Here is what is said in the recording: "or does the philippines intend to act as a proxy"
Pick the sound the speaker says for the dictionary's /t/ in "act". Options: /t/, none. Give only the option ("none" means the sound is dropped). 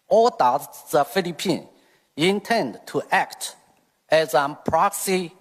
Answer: /t/